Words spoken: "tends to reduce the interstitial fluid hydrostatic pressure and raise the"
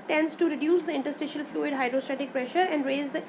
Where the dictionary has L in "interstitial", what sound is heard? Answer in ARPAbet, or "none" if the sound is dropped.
L